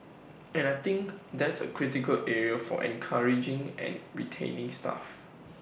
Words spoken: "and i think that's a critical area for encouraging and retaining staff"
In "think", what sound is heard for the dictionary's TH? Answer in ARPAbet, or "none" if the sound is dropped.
T